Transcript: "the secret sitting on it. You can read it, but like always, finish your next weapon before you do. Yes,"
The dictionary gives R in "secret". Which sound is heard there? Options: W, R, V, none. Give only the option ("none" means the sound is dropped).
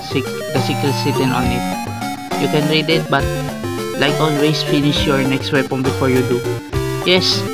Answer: none